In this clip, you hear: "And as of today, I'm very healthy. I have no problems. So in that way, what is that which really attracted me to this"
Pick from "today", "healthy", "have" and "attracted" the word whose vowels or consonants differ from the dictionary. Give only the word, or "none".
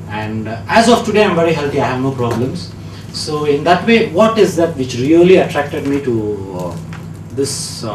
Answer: healthy